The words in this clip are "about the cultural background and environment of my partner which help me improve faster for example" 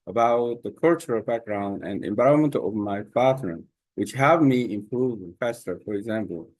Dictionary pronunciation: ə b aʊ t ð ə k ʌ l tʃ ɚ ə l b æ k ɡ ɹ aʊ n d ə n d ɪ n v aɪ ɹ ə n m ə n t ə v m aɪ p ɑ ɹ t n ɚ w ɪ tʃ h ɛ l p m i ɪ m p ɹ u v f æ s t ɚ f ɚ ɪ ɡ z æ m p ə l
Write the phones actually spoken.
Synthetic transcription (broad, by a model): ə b aʊ t ð ə k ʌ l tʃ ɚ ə l b æ k ɡ ɹ aʊ n d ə n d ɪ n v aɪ ə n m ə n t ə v m aɪ f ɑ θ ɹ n w ɪ tʃ h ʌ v m i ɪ m p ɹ u v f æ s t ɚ f ɚ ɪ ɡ z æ m p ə l